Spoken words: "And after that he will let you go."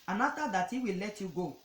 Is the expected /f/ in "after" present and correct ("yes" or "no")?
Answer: no